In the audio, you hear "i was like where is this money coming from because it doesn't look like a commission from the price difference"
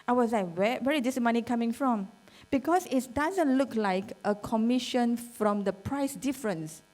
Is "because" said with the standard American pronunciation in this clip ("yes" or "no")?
no